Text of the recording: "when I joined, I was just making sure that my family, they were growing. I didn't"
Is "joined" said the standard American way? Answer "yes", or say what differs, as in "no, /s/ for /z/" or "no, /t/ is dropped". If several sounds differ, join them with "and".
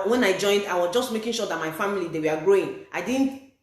yes